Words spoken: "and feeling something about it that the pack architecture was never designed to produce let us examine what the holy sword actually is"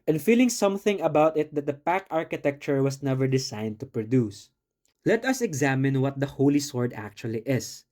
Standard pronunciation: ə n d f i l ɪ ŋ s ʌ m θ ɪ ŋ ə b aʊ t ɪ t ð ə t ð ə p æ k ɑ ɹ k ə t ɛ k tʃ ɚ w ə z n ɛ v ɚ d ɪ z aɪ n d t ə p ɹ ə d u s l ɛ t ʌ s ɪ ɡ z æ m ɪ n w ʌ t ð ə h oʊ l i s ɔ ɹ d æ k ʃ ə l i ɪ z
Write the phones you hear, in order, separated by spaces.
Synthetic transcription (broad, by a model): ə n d f i l ɪ ŋ s ʌ m θ ɪ ŋ ə b aʊ t ɪ t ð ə t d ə p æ k ɑ ɹ k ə t ɛ k tʃ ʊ w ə s n ɛ v ɚ d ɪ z aɪ n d t ə p ɹ ə d u s l ɛ t ʌ s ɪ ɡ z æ m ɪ n w ʌ t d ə h oʊ l i s ɔ ɹ d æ k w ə l i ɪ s